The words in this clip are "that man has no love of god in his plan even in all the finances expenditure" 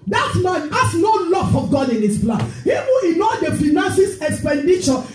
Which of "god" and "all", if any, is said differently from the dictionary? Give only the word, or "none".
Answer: none